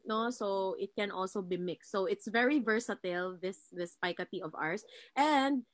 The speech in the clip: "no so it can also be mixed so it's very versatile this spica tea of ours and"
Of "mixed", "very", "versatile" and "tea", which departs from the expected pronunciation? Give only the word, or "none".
none